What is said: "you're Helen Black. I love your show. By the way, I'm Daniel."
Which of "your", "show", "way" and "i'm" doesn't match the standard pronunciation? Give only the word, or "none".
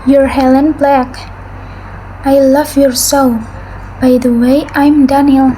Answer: show